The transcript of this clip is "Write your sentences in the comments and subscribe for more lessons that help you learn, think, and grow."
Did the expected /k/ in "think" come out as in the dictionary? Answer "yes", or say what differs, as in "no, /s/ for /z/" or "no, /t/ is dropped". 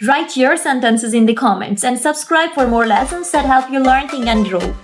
no, /k/ is dropped